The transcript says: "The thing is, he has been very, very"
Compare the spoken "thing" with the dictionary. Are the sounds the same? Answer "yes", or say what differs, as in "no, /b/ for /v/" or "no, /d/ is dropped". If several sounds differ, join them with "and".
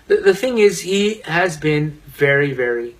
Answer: yes